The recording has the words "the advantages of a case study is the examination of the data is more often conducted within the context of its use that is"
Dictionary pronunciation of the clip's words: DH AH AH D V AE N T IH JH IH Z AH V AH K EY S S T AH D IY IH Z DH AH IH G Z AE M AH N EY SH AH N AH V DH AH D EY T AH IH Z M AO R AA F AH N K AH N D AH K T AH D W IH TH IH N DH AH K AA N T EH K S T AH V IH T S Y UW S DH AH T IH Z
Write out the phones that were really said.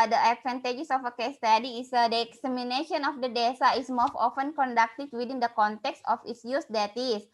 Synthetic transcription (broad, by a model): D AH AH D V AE N T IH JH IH S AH F AH K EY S S T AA D IY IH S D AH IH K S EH M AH N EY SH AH N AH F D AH D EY S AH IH S M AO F AA F AH N K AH N D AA K T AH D W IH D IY N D AH K AA N T EH K S T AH F IH T S Y UW S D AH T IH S